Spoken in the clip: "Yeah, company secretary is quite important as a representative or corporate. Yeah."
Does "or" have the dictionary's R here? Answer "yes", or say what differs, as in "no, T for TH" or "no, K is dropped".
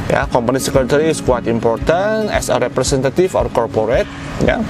yes